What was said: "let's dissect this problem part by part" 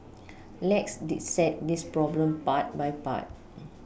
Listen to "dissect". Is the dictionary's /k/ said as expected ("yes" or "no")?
no